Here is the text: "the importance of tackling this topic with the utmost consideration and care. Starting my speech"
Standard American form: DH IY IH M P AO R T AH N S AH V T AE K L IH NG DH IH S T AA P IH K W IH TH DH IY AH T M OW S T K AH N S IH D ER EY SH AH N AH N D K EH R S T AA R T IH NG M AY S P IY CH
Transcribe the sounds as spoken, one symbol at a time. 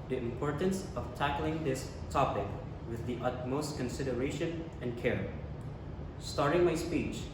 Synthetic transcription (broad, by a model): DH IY IH M P AO R T AH N S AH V T AE K L IH NG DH IH S T AA P IH K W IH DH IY AH T M OW S T K AH N S IH D ER EY SH AH N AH N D K EH R S T AA R T IH NG M AY S P IY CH